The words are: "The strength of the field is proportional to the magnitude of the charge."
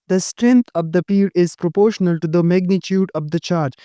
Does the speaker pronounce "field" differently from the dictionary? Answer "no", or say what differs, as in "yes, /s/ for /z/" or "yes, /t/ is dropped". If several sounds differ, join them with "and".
yes, /l/ is dropped